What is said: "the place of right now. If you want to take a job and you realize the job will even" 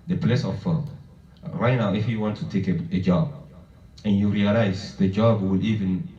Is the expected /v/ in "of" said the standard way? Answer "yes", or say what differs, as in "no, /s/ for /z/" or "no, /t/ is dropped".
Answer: no, /b/ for /v/